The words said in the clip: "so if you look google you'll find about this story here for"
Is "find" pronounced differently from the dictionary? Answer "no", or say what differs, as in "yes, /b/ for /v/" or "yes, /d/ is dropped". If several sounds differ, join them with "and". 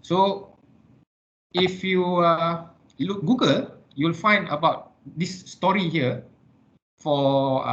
no